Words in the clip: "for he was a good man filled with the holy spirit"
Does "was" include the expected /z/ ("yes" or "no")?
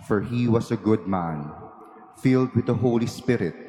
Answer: no